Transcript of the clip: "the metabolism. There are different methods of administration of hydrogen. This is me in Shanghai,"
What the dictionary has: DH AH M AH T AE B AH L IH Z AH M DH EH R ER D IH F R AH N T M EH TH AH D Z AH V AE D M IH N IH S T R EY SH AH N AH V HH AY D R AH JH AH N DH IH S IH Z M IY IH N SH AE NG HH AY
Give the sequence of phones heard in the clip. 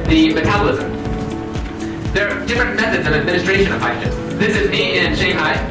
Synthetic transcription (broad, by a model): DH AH M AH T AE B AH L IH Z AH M DH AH R D IH F R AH N M EH TH AH D Z AH V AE D M IH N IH S T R EY SH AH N AH V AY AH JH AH DH IH S IH Z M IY IH N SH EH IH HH AY